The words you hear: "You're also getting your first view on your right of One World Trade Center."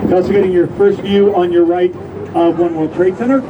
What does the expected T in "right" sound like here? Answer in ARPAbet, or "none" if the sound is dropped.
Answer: T